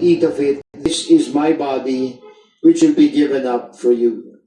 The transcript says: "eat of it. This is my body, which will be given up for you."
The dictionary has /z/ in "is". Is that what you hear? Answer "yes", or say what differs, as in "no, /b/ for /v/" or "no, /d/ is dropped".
yes